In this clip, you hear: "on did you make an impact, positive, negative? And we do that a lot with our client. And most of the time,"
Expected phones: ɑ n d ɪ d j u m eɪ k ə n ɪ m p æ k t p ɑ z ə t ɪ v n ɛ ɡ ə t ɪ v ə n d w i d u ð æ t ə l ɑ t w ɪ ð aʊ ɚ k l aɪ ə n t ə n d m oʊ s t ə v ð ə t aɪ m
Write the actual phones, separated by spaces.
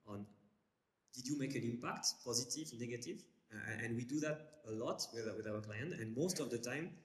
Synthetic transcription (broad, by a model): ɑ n d ɪ d j u m eɪ k ə n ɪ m p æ k t p ɑ z ə t ɪ v n ɛ ɡ ə t ɪ v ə n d w i d u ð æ t ə l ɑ t w ɪ ð aʊ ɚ k l aɪ ə n t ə n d m oʊ s t ə v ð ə t aɪ m